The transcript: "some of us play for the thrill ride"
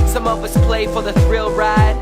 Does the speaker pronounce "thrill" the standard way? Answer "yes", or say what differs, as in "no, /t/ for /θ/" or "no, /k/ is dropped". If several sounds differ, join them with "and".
yes